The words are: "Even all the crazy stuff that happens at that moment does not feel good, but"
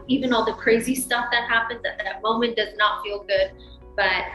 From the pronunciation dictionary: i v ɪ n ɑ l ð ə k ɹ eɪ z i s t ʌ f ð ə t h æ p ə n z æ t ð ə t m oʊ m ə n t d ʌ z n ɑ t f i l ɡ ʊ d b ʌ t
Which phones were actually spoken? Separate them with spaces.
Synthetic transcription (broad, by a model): i v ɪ n ɑ l ð ə k ɹ eɪ z i s t ʌ f ð ə t h æ p ə n z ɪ t ð ə t m oʊ m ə n d ʌ z n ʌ t f i l ɡ ʊ d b ʌ t